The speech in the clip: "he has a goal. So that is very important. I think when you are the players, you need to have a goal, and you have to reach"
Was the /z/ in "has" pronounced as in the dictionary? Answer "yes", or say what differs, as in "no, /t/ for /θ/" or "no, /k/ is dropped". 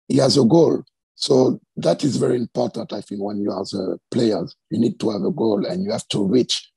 yes